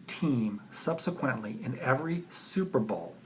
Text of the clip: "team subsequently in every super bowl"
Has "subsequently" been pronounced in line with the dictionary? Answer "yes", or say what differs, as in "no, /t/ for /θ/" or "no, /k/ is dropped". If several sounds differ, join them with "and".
yes